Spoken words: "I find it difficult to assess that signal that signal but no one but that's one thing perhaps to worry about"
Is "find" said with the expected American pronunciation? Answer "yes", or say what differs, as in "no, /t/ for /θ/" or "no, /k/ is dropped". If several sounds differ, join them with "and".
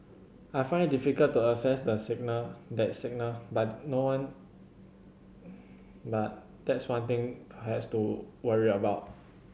yes